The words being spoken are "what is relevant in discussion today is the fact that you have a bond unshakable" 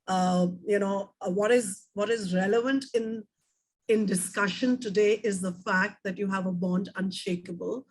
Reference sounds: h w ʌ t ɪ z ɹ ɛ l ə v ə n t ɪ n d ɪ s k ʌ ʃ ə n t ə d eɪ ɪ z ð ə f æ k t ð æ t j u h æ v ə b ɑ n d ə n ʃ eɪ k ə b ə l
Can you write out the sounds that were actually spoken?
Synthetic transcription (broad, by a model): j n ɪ t ɪ z ɹ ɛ l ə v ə n t ɪ n d ɪ s k ʌ ʃ ə n t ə d eɪ ɪ z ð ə f æ k t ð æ t j u h æ v ə b ɑ n d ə n ʃ eɪ k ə b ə l